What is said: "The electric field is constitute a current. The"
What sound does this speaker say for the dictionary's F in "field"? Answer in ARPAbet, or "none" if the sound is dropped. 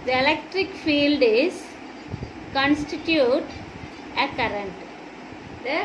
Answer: F